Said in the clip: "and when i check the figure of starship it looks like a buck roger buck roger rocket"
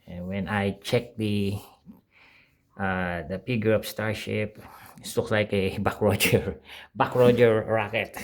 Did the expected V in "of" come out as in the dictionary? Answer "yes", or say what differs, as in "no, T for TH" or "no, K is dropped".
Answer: no, P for V